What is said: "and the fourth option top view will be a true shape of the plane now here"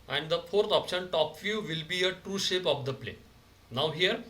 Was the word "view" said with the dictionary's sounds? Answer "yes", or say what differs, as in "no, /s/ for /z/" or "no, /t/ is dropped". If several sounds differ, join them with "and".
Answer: no, /f/ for /v/